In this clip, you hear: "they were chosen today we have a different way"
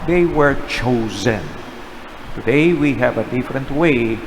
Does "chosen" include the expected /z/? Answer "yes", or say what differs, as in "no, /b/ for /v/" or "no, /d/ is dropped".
yes